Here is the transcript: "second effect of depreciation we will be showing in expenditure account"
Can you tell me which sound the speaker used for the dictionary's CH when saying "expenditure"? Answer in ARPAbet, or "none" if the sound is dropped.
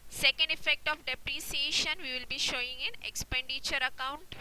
CH